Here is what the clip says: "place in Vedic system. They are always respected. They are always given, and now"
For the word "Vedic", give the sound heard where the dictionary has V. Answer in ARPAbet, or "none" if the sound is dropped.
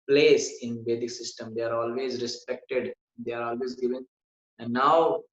B